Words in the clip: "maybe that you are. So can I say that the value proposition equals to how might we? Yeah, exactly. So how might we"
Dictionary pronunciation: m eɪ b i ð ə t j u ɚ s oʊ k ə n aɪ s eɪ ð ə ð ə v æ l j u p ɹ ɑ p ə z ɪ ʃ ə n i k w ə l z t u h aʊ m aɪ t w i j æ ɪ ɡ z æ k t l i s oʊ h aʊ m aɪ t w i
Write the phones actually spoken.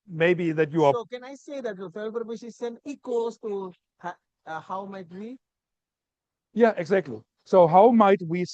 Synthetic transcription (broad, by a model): m eɪ b i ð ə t j u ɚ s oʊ k ə n aɪ s eɪ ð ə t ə f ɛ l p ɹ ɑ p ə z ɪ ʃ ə n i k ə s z t u h aʊ m aɪ t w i j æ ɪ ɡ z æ k t l i s oʊ h aʊ m aɪ t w i